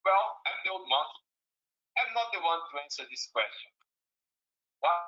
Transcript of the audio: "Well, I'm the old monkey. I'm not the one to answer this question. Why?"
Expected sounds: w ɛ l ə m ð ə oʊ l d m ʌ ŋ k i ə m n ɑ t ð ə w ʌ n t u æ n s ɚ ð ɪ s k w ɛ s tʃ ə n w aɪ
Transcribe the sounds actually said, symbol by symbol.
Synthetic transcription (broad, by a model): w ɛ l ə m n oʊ d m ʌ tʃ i ə m n ɑ t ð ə w ʌ n t u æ n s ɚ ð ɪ s k w ɛ s tʃ ə n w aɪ